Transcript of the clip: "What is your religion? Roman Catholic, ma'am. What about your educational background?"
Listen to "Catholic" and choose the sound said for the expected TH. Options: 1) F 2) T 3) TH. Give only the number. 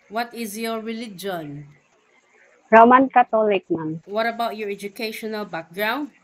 2